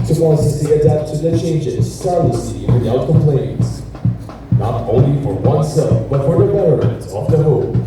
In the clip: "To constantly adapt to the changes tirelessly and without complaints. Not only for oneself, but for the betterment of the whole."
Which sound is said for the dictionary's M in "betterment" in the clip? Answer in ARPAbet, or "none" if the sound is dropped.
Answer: none